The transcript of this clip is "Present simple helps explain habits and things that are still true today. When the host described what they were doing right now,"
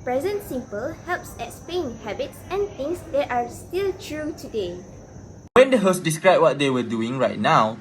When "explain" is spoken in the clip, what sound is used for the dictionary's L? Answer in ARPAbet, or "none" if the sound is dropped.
none